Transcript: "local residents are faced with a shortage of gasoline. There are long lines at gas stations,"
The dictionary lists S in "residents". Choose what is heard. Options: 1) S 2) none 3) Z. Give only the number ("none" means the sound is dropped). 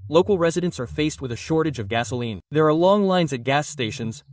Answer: 1